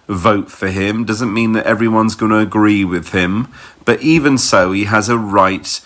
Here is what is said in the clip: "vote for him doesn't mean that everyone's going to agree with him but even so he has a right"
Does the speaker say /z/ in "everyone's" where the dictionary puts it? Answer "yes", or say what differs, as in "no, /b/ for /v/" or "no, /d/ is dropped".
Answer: yes